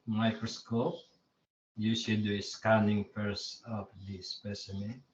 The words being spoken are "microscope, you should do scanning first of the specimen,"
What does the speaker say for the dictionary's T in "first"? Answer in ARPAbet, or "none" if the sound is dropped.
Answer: none